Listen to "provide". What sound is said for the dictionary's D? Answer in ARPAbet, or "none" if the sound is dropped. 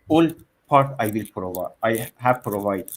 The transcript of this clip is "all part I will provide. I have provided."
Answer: none